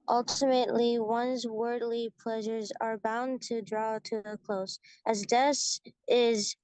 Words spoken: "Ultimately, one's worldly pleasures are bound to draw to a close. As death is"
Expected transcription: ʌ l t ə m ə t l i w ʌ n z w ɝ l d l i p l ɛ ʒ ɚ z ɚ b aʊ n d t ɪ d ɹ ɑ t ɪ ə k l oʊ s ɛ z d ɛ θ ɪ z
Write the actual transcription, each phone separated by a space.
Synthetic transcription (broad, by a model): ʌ l t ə m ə t l i w ʌ n z w ɝ d l i p l ɛ ʒ ɚ z ɚ b aʊ n t ɪ d ɹ ɑ t ɪ ə k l oʊ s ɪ z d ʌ s ɪ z